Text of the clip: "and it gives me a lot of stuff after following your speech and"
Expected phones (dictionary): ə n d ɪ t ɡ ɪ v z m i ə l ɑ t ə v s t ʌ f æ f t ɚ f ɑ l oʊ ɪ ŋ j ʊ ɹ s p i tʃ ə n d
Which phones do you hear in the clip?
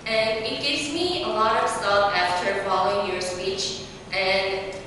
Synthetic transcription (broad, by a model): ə n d ɪ t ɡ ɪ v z m i ə l ɑ t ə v s t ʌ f æ f t ɚ f ɑ l oʊ ɪ ŋ j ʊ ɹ s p i tʃ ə n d